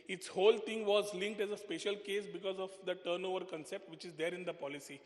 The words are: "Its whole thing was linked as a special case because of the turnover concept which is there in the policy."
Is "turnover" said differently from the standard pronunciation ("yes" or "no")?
no